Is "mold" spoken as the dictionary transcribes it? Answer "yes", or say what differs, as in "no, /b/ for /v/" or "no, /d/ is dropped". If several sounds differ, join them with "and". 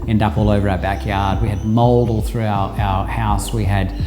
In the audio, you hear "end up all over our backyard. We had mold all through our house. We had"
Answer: yes